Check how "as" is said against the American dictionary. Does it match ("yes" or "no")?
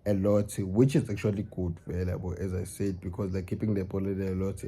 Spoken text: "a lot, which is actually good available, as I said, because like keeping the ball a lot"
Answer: yes